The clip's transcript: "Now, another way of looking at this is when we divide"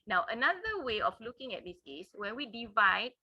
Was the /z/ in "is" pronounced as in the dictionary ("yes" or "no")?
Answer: no